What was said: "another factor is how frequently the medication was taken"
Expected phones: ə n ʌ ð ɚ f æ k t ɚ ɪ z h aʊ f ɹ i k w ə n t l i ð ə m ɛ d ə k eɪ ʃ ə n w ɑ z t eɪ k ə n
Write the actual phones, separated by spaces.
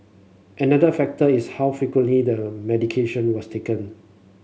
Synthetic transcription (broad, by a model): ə n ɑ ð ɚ f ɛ k t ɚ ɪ s h aʊ f i k w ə n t l i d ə m ɛ d ə k eɪ ʃ ə n w ɑ s t eɪ k ə n